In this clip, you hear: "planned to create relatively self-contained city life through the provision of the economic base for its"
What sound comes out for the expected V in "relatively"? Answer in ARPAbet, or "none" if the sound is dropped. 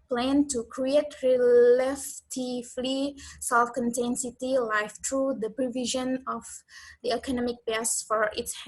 F